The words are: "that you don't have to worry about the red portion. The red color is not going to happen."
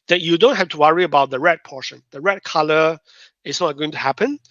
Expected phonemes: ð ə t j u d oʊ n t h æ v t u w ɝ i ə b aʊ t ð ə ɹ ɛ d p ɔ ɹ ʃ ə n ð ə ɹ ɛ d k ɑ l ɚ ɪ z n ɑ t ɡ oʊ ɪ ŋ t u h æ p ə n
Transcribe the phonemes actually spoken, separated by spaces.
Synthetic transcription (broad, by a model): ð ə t j u d oʊ n t h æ f t u w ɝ i ə b aʊ t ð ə ɹ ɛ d p ɔ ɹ ʃ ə n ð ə ɹ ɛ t k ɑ l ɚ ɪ s n ɑ t ɡ oʊ ɪ ŋ t u h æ p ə n